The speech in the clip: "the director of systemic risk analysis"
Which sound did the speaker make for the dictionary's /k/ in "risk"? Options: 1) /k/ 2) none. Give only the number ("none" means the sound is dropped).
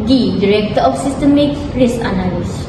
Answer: 2